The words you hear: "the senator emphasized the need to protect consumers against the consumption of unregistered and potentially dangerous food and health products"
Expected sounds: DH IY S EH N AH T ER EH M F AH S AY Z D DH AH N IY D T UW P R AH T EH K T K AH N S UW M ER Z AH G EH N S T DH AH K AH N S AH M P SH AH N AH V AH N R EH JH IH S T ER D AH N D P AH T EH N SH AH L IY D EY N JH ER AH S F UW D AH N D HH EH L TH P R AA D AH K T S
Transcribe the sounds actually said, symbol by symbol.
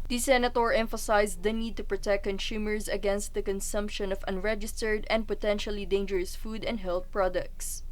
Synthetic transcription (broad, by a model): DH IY S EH N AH T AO EH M F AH S AY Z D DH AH N IY D T UW P R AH T EH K K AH N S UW M ER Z AH G EH N S T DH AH K AH N S AH M P SH AH N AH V AH N R EH JH IH S T ER D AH N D P AH T EH N SH AH L IY D EY N JH ER AH S F UW D AH N D HH EH L TH P R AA D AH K T S